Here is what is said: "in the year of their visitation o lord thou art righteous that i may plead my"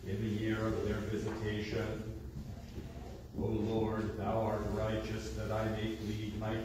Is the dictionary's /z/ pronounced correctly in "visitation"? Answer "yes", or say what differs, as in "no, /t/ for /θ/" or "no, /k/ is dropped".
yes